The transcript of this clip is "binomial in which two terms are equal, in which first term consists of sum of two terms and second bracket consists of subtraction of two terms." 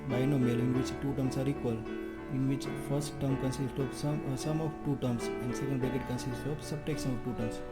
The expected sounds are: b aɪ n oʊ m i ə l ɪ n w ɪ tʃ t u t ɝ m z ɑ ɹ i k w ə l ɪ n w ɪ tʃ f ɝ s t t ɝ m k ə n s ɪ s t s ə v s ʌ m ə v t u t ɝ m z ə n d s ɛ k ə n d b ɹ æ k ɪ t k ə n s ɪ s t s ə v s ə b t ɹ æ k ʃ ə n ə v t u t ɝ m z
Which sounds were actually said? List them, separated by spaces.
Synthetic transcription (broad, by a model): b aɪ n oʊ m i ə l ɪ n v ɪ tʃ t u t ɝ m s ɑ ɹ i k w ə l ɪ n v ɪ tʃ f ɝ s t t ɝ m k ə n s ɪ s t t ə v s ʌ m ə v t u t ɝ m s ə n d s ɛ k ə n d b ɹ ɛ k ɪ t k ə n s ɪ s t ə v s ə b t ɛ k s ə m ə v t u t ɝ m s